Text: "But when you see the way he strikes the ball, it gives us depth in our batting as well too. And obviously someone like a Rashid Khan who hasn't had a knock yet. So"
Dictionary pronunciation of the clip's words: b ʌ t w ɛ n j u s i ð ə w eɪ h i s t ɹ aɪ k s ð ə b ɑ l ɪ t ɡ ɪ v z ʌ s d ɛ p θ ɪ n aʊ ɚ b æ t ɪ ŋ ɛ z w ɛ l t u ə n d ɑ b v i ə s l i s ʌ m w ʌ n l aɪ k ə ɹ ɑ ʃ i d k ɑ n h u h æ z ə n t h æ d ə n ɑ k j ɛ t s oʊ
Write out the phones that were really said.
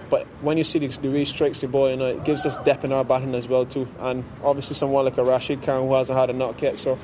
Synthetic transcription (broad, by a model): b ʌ t w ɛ n j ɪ s i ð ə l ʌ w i s t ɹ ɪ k s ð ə b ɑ n ɪ t ɡ ɪ v z ʌ s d ɛ p ɪ n aʊ ɚ b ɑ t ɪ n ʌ z w ɛ l t u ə n ɑ b v i ə s l i s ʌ m w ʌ n l aɪ k ə ɹ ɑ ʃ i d k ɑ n h u h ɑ z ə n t h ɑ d ə n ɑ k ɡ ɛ t s oʊ